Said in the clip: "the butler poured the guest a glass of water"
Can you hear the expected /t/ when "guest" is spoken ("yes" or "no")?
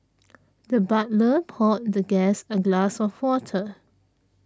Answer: no